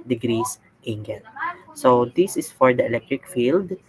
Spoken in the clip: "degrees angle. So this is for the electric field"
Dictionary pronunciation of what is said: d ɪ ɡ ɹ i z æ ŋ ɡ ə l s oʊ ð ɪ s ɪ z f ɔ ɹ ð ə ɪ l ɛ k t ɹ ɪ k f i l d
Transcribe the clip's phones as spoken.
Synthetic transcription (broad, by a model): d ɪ ɡ ɹ i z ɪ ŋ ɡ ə n s oʊ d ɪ s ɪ s f ɔ ɹ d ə ɪ l ɛ k t ɹ ɪ k f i l d